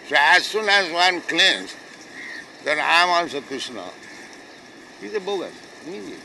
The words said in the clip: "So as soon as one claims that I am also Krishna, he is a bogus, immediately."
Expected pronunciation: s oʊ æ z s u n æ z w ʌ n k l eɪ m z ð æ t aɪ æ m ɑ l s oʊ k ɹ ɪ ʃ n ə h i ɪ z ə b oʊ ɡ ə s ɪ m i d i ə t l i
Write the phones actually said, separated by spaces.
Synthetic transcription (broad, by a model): s oʊ æ z s u n æ z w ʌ n k l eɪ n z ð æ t aɪ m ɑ n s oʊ k ɹ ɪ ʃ n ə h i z ə b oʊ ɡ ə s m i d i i